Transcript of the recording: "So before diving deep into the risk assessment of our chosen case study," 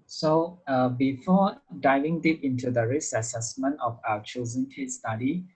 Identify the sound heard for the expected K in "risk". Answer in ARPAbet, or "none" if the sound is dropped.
none